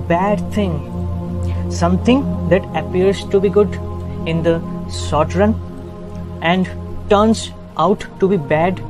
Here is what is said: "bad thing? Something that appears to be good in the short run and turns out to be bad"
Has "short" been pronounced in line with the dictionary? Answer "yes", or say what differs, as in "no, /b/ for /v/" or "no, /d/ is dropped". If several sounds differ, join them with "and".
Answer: no, /s/ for /ʃ/